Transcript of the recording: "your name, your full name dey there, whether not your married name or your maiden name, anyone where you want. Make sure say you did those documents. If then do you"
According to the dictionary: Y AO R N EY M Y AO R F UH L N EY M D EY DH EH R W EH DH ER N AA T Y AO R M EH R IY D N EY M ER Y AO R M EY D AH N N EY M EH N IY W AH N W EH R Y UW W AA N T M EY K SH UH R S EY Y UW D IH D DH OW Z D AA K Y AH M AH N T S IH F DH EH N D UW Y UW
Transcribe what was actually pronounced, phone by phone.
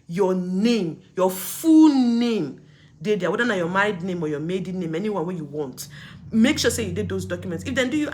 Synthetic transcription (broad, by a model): Y AO N EY M Y AO F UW L N EY M D EY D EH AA W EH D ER N AA Y AO M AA IY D N EY M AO Y AO M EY D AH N N EY M EH N IY W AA N W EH Y UW W AA N T M EY K SH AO S EY Y UW D IH D OW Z D AA K Y AH M AH N T S IH F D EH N D UW Y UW